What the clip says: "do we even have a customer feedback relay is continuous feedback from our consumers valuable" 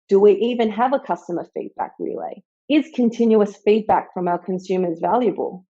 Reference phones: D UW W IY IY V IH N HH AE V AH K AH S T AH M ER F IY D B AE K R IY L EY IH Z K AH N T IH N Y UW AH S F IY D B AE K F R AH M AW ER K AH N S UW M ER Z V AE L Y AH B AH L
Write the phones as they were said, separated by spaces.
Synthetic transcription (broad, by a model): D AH W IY IY V IH N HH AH V AH K AH S T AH M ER F IY D B AE K R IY L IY IH Z K AH N T IH N Y UW AH S F IY D B AE K F R AH M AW K AH N S UW M ER Z V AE L Y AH B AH L